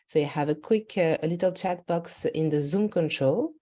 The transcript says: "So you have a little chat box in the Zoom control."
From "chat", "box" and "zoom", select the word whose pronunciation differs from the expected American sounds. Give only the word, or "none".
none